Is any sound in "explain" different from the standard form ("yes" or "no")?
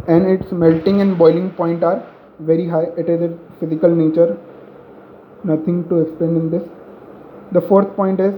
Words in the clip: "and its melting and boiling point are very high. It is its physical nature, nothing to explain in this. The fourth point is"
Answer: yes